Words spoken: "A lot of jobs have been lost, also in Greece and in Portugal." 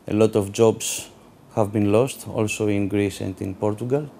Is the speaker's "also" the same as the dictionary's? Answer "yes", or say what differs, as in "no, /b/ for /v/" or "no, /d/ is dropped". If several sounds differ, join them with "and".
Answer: yes